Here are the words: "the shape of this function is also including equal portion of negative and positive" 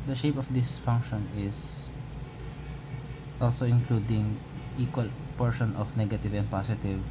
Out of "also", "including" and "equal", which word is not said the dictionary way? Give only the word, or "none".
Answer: none